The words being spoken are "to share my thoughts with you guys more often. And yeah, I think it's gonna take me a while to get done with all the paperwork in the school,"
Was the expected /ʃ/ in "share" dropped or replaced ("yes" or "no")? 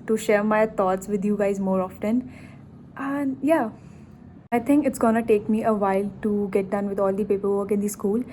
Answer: no